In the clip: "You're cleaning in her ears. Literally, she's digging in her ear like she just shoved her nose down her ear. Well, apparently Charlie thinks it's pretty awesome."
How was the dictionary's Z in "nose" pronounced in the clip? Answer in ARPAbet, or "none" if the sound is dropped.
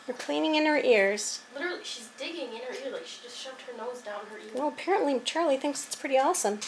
Z